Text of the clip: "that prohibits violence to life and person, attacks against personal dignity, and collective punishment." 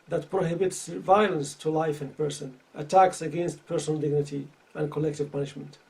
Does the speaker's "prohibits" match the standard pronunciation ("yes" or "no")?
yes